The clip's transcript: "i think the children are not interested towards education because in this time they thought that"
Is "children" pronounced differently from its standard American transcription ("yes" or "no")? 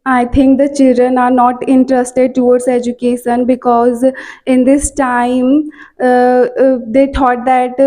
no